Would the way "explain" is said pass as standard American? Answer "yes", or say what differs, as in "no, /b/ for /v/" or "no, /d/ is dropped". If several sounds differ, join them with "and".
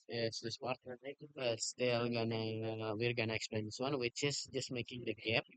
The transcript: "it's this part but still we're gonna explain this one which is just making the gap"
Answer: yes